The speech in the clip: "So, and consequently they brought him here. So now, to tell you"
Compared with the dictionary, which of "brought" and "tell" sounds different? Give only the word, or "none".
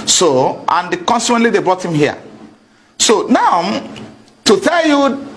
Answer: none